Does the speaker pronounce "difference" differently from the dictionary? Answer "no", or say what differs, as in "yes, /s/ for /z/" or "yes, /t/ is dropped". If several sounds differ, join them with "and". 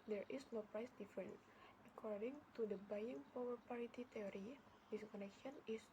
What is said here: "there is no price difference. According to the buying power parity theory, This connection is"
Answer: yes, /s/ is dropped